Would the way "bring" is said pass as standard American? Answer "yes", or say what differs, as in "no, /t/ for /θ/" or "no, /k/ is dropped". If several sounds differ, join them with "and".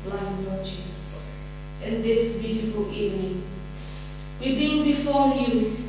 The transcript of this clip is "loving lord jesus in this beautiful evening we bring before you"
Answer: no, /ɹ/ is dropped